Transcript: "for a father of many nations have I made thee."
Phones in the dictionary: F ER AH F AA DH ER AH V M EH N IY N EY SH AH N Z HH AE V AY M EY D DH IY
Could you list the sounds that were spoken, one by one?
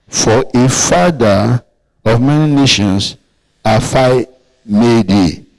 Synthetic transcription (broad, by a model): F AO AH F AA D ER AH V M EH N IY N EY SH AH N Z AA F AY M EY D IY